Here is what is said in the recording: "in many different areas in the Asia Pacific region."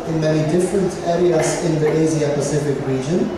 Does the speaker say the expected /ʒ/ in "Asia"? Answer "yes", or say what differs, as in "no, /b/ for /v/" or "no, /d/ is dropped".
no, /z/ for /ʒ/